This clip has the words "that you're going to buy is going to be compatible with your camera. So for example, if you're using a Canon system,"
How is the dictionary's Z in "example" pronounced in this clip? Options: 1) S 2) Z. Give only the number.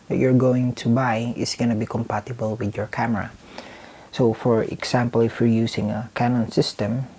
1